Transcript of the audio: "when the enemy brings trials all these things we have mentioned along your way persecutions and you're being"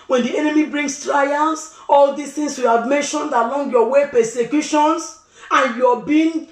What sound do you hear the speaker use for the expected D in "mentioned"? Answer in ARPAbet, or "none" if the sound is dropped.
D